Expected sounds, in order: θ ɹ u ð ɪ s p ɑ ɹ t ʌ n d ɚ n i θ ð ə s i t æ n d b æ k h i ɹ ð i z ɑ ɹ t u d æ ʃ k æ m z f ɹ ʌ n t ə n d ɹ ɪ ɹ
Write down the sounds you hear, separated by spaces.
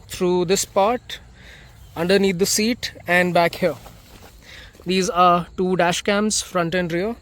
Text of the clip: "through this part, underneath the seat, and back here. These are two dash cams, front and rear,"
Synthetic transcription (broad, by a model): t ɹ u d ɪ s p ɑ ɹ t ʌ n d ɚ n i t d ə s i t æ n d b æ k h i ɹ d i z ɑ ɹ t u d æ ʃ k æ m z f ɹ ʌ n t ə n d ɹ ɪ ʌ